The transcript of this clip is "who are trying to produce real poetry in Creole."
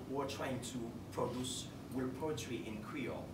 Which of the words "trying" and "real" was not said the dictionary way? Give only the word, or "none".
real